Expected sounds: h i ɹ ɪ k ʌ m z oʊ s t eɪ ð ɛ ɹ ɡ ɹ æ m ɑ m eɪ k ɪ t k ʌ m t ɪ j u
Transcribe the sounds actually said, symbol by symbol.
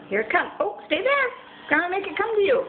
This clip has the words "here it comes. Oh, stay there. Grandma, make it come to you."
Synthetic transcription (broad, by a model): h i ɹ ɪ k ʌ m oʊ s t eɪ ð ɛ ɹ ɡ ʌ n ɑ m eɪ k ɪ t k ʌ m t ɪ j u